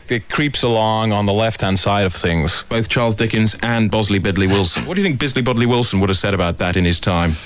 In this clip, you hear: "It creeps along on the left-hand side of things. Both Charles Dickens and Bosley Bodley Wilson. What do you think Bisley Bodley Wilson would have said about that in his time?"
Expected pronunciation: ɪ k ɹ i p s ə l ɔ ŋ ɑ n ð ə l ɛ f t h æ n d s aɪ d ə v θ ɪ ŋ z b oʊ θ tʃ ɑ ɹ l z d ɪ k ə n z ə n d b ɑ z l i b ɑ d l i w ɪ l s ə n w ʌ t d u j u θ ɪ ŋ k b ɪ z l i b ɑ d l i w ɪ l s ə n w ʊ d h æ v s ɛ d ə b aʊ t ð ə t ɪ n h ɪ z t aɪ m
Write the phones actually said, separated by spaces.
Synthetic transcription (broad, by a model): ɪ k ɹ i p s ə l ɔ ŋ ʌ n ð ə l ɛ f t h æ n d s aɪ d ə v θ ɪ ŋ z b oʊ θ tʃ ɑ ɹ l z d ɪ k ə n z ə n b ɑ z l i b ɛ d l i w ɪ l s ə n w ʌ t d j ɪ θ ɪ ŋ k b ɪ z l i b ɑ d l i w ɪ l s ə n w ʊ d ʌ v s ɛ d ə b aʊ t ð ə t ɪ n ɪ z t aɪ m